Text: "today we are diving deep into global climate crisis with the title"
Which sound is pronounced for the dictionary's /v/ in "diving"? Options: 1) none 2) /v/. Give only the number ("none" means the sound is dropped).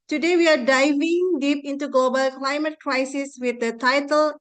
2